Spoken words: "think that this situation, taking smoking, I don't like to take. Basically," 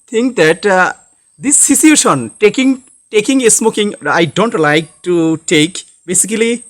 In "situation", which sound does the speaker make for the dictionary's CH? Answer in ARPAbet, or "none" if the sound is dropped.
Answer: SH